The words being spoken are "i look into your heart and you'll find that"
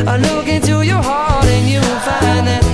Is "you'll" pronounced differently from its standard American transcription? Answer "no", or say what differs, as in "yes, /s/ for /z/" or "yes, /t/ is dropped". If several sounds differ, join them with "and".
yes, /w/ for /l/